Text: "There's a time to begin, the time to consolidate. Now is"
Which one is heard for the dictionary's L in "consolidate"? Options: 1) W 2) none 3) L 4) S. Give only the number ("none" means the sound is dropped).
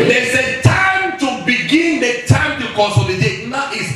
2